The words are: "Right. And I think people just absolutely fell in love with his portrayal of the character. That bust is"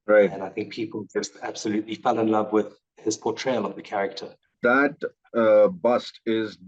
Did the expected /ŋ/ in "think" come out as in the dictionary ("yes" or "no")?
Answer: yes